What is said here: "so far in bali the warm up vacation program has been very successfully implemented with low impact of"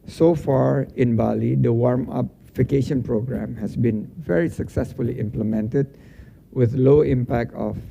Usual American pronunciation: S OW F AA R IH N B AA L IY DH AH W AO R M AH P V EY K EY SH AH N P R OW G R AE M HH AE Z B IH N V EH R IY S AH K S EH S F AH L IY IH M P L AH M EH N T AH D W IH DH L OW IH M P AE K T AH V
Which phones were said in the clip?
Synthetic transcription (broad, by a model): S OW F AA R IH N B AA L IY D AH W AO R M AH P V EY K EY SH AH N P R OW G R AE M HH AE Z B IH N V EH R IY S AH K S EH S F AH L IY IH M P L AH M EH N T AH D W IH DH L OW IH M P AE K T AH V